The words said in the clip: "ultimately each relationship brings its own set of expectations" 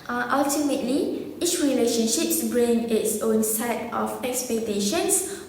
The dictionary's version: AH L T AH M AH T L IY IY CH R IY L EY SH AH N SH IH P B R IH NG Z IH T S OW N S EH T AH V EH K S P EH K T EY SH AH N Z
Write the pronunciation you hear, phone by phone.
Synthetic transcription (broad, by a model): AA L T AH M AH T L IY IY CH R IY L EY SH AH N SH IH P B R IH NG IH T S OW N S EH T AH F EH K S P EH K T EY SH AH N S